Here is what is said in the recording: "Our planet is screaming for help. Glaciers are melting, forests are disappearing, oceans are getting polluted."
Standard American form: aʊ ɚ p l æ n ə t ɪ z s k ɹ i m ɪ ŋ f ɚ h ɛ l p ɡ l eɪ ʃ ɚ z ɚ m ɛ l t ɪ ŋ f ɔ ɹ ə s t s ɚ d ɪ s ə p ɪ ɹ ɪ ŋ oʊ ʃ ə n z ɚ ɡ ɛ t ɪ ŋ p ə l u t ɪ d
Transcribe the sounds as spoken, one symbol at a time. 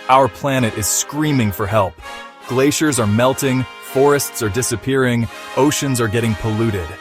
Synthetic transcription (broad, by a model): aʊ ɚ p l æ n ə t ɪ z s k ɹ i m ɪ ŋ f ɚ h ɛ l p ɡ l eɪ ʃ ɚ z ɚ m ɛ l t ɪ ŋ f ɔ ɹ ə s t s ɚ d ɪ s ə p ɪ ɹ ɪ ŋ oʊ ʃ ə n z ɚ ɡ ɛ t ɪ ŋ p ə l u t ɪ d